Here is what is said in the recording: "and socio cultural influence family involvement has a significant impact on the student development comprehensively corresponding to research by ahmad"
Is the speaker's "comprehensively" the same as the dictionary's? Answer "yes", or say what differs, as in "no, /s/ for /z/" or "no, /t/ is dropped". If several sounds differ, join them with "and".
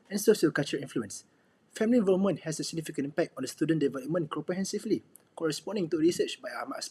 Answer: no, /m/ is dropped